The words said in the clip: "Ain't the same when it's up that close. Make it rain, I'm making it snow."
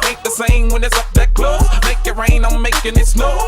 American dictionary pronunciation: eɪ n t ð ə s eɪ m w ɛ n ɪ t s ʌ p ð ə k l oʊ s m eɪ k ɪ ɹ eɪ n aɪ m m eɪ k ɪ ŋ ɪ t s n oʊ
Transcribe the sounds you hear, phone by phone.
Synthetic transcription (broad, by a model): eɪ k ð ə s eɪ m w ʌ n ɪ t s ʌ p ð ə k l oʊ m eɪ k ɪ ɹ eɪ n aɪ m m eɪ k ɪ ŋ ɪ t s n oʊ